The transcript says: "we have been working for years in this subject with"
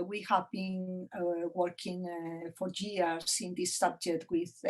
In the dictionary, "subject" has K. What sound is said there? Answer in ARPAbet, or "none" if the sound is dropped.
none